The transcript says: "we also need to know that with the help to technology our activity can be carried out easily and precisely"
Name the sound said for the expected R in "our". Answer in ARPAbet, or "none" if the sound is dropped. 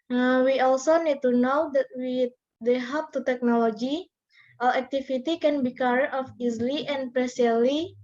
L